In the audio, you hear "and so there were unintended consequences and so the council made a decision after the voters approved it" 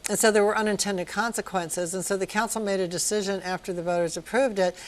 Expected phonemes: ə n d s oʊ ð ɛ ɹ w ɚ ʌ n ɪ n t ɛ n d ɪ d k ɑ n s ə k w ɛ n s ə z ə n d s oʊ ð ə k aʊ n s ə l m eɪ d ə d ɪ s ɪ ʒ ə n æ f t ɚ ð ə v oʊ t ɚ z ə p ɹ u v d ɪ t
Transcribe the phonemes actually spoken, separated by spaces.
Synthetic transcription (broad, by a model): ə n s oʊ ð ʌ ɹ w ɚ ʌ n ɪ n t ɛ n d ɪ d k ɑ n s ə k w ɛ n s ə z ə n s oʊ ð ə k aʊ n s l m eɪ d ə d ɪ s ɪ ʒ ə n æ f t ɚ ð ə v oʊ t ɚ z ə p ɹ u v d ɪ t